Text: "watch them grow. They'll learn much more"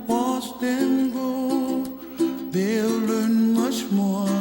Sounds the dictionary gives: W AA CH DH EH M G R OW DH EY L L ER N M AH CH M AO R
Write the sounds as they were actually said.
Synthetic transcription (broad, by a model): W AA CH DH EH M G OW DH EY L L ER N M AH CH M AO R